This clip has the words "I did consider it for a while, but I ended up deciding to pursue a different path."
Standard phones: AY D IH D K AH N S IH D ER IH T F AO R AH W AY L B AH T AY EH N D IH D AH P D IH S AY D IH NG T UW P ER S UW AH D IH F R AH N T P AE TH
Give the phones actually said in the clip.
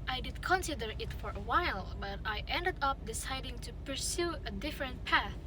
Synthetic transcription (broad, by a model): AY D IH D K AH N S IH D ER IH T F AO R AH W AY L B AH T AY EH N D IH D AH P D IH S AY D IH NG T UW P ER S UW AH D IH F R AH N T P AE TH